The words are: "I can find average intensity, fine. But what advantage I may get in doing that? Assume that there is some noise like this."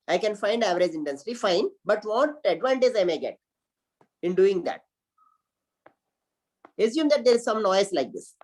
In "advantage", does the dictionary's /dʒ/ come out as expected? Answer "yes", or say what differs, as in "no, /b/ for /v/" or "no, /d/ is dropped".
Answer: no, /z/ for /dʒ/